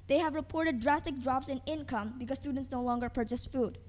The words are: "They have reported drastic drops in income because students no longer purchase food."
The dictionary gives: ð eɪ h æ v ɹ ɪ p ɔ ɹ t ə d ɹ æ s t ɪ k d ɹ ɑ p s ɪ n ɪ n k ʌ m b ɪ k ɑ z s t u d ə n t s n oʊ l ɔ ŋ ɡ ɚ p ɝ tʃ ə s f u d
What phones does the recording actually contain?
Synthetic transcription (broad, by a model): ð eɪ h æ v ɹ ɪ p ɔ ɹ t ə d ɹ æ s t ɪ k d ɹ ɑ p s ɪ n ɪ n k ʌ m b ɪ k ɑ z s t u d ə n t s n oʊ l ɔ ŋ ɡ ɚ p ɝ tʃ ə s f u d